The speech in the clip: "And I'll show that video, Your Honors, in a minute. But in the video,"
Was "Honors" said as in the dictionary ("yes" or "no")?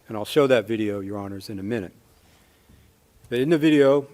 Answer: yes